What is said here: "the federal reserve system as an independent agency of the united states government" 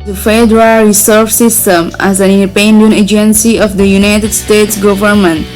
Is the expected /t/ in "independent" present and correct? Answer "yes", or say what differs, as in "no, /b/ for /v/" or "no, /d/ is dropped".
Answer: no, /t/ is dropped